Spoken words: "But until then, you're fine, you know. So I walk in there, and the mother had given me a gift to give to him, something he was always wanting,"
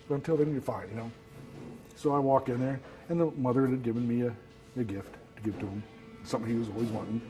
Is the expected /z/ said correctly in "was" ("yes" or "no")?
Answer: yes